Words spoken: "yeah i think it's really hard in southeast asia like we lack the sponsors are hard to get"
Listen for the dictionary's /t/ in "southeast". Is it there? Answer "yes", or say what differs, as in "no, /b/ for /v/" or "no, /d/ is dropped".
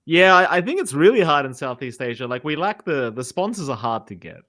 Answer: yes